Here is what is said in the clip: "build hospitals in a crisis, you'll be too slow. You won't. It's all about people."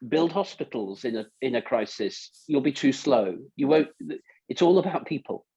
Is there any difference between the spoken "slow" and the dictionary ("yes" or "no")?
no